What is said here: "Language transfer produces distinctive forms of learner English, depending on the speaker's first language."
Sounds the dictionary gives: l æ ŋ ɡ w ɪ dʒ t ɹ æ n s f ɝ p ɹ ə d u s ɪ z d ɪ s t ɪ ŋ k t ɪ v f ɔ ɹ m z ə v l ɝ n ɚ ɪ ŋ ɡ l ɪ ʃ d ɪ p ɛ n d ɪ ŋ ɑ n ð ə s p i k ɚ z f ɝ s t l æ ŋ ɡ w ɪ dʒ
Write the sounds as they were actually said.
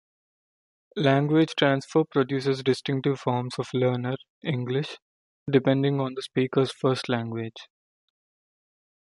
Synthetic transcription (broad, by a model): l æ ŋ ɡ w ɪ dʒ t ɹ æ n s f ɝ p ɹ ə d u s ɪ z d ɪ s t ɪ ŋ k t ɪ v f ɔ ɹ m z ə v l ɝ n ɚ ɪ ŋ ɡ l ɪ ʃ d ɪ p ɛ n d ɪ ŋ ɑ n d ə s p i k ɚ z f ɝ s t l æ ŋ ɡ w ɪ dʒ